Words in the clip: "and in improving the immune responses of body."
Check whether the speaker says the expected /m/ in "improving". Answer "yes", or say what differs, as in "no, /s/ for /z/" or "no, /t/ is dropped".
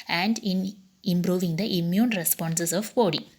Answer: yes